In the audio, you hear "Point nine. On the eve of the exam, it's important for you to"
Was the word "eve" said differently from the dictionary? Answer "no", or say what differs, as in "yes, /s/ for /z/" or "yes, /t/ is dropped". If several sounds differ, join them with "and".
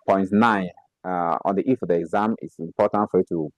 yes, /f/ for /v/